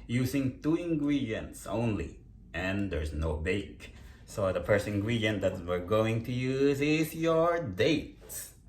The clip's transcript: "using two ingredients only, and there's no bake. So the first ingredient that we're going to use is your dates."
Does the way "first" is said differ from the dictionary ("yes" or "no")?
yes